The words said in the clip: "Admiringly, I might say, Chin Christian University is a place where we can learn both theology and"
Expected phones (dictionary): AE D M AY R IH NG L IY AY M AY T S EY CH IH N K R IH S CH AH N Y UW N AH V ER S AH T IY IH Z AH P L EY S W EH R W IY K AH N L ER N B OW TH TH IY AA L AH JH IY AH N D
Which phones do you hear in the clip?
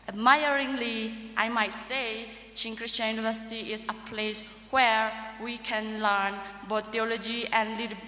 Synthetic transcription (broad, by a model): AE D M AY R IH NG L IY AY M AY T S EY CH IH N K R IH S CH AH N Y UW N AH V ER S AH T IY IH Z AH P L EY S W EH R W IY K AH N L ER N B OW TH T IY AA L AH JH IY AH N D